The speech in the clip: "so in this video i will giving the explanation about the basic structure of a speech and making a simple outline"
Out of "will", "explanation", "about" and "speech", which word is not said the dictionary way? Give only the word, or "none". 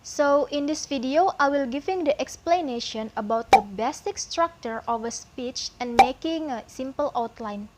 none